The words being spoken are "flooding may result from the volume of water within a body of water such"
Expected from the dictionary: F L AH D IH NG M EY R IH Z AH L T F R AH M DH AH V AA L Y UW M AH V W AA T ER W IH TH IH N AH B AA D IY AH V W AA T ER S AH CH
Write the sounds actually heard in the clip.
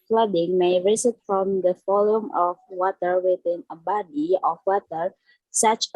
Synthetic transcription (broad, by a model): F L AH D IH NG M EY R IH S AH T F R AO M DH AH F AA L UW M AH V W AA T ER W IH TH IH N AH B AA D IY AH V W AA T ER S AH CH